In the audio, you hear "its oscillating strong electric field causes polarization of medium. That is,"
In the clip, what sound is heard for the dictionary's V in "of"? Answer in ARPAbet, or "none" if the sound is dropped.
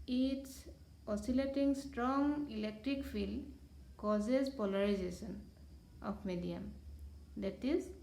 P